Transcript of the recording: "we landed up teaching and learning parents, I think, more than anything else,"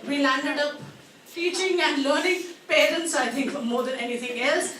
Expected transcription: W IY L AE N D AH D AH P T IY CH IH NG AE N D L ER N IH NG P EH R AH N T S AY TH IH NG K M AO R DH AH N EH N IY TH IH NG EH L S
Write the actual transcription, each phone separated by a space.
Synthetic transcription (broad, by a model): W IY L AE N D AH D AH P T IY CH IH NG AE N D L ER N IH NG P EH R AH N T S AY T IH NG K M AO R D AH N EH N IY T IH NG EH L S